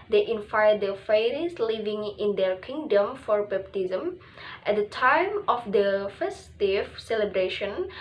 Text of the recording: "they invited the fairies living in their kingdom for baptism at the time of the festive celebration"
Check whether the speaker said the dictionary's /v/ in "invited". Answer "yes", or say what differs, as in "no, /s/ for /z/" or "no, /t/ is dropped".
no, /f/ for /v/